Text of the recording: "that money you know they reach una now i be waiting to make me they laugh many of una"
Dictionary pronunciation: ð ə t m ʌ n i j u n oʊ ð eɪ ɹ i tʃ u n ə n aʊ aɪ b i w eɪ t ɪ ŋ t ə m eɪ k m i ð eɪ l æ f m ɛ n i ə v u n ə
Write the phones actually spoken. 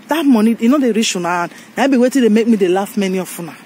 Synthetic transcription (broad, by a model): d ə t m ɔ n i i n oʊ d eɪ ɹ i ʃ u n ə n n aɪ b i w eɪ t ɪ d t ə m eɪ k m i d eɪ l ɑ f m ɛ n i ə f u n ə